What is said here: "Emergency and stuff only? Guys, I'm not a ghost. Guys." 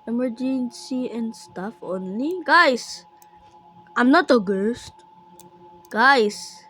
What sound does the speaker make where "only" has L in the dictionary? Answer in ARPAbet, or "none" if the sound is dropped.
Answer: L